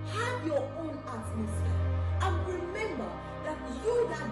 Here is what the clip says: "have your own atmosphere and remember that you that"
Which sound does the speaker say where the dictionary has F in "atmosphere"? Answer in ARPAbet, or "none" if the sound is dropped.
none